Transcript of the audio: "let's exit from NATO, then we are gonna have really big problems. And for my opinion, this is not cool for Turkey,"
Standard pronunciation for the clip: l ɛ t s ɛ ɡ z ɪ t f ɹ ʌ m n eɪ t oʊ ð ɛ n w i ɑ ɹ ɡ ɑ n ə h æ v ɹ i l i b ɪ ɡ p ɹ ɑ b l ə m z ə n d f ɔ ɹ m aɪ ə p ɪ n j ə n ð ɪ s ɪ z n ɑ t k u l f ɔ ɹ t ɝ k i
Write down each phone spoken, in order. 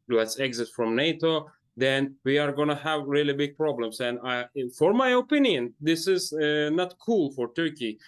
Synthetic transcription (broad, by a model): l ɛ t s ɛ ɡ z ɪ t f ɹ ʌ m n eɪ t oʊ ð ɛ n w i ɑ ɹ ɡ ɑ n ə h æ v ɹ i l i b ɪ ɡ p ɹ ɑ b l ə m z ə n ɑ f ɔ ɹ m aɪ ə p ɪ n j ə n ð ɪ s ɪ z n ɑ t k u l f ɔ ɹ t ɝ k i